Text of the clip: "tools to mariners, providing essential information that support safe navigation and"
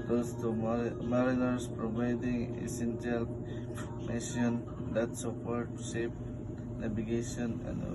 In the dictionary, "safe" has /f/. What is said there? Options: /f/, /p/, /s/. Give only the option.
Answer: /p/